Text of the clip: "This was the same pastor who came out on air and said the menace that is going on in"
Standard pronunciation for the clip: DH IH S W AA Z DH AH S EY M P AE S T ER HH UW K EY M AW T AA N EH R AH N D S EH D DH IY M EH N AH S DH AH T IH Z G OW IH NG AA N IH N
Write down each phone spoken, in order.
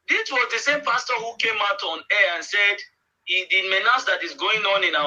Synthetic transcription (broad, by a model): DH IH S W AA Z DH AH S EY M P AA S T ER HH UW K EY M AW T AA N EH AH N S EH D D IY M EH N AH S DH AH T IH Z G OW IH NG AA N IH N